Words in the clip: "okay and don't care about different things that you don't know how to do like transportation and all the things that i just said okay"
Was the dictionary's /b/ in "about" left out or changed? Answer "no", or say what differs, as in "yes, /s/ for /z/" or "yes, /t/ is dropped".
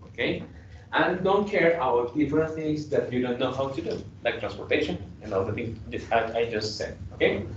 yes, /b/ is dropped